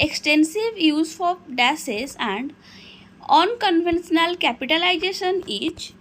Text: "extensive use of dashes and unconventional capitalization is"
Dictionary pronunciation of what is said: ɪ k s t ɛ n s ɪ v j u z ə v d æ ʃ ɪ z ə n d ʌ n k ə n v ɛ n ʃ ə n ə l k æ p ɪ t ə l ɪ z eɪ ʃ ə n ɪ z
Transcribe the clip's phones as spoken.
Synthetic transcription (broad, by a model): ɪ k s t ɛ n s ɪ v j u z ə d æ s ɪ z ə n d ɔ n k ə n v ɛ n s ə n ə l k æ p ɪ t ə l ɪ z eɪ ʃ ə n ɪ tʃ